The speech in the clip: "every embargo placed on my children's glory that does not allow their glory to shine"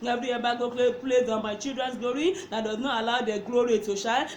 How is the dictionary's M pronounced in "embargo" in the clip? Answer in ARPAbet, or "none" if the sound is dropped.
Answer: none